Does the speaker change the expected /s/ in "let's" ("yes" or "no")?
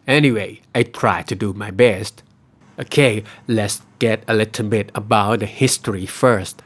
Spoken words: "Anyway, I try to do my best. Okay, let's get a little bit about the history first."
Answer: no